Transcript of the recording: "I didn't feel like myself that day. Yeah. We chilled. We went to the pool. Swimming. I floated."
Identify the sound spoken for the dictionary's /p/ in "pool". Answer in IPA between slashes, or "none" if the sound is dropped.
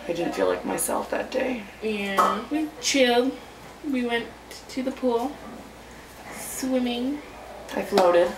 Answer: /p/